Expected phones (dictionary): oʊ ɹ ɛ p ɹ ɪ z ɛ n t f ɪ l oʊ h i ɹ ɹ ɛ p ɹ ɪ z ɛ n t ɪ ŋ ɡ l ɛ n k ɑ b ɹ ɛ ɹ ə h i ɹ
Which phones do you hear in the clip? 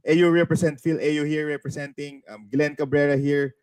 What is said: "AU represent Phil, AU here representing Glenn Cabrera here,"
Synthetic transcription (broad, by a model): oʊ ɹ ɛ p ɹ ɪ s ɛ n t f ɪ l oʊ h i ɹ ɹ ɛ p ɹ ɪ s ɛ n t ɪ ŋ ɡ l ɛ n k ɑ b ɹ ɛ ɹ ə h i ɹ